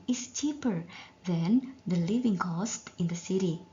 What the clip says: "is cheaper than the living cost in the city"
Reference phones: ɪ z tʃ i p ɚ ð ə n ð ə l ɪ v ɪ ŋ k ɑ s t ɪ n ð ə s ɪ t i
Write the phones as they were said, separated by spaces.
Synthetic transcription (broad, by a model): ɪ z tʃ i p ɚ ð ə n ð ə l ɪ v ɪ ŋ k ɑ s t ɪ n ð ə s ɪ t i